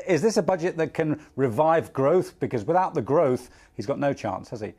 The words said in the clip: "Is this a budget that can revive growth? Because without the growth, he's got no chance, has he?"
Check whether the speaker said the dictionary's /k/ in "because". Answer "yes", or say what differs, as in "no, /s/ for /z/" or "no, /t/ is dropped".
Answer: yes